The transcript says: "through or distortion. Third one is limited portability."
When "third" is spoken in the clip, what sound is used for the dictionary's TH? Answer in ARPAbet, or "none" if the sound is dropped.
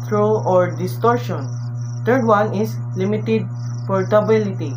T